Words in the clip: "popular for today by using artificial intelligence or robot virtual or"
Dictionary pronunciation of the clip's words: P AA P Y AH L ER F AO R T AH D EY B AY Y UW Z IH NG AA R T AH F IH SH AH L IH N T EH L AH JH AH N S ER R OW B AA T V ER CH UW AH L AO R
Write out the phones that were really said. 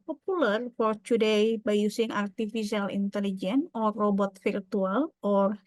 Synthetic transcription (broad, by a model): P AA P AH L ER F AO R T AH D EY B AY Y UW S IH NG AA R T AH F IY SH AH L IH N T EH L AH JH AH N AO R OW B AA T F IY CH UW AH L AO R